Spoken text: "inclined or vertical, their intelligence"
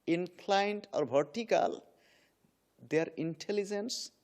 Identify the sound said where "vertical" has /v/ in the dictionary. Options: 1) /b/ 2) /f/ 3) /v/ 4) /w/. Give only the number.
1